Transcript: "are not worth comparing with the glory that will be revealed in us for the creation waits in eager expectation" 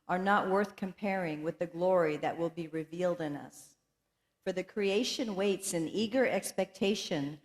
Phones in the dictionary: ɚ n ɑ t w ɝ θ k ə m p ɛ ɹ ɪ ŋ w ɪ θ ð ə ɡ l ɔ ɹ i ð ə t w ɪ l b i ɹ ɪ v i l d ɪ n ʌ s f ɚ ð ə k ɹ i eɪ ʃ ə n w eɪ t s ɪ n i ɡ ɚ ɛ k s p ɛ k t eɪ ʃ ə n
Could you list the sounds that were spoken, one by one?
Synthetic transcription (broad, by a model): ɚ n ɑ t w ɝ θ k ə m p ɛ ɹ ɪ ŋ w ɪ ð ə ɡ l ɔ ɹ i ð ə t w ɪ l b i ɹ ɪ v i l d ɪ n ʌ s f ɚ ð ə k ɹ i eɪ ʃ ə n w eɪ t s ɪ n i ɡ ɚ ɛ k s p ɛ k t eɪ ʃ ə n